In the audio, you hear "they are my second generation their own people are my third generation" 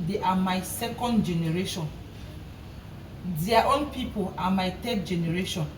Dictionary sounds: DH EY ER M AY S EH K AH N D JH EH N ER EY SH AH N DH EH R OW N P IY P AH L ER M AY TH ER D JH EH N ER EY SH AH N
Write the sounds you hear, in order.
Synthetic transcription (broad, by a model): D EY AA M AY S EH K AH N D JH EH N ER EY SH AH N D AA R OW N P IY P AH L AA M AY T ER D JH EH N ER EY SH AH N